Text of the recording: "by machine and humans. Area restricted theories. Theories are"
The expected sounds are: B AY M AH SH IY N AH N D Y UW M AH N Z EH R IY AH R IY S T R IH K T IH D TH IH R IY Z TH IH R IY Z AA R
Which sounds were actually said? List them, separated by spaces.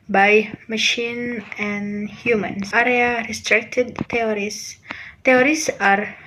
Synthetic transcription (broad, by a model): B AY M AH SH IY N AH N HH Y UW M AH N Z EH R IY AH R IY S T R IH K T IH D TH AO R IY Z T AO R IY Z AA R